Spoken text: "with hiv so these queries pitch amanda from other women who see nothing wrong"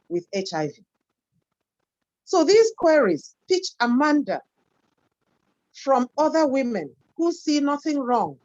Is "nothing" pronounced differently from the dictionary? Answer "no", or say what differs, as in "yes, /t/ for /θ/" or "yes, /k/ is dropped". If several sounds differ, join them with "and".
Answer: no